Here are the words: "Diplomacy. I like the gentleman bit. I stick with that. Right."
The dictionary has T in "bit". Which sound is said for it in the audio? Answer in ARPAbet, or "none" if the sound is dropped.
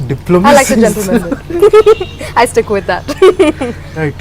none